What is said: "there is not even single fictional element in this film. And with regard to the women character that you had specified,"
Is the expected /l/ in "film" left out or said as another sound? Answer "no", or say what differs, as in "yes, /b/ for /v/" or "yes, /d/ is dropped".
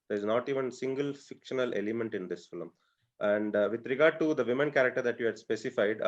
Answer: no